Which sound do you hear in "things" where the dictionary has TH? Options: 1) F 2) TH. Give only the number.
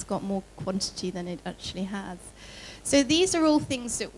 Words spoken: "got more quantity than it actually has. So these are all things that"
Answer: 2